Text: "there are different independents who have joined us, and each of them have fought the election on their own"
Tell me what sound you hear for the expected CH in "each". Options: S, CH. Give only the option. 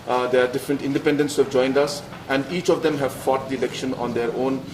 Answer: CH